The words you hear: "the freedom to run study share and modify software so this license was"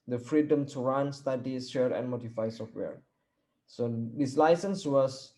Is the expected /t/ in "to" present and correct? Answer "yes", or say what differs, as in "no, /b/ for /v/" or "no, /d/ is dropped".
yes